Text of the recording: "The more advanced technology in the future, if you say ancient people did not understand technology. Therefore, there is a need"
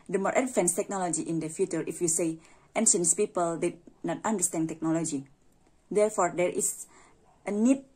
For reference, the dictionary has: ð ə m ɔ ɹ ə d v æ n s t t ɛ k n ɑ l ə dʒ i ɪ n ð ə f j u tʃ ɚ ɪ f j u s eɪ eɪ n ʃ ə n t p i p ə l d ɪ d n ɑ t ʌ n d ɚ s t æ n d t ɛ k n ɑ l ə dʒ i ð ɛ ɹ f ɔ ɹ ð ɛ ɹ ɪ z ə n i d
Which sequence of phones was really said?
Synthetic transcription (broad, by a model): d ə m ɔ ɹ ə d f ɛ n s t t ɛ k n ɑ l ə dʒ i ɪ n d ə f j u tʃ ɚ ɪ f j u s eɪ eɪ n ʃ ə n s p i p ə l d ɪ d n ɑ t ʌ n d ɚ s t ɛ n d t ɛ k n ɑ l ə dʒ i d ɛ ɹ f ɔ ɹ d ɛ ɹ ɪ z ə n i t